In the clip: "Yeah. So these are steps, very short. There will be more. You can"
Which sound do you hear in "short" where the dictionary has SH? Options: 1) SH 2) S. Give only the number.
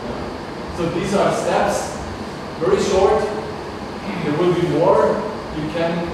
1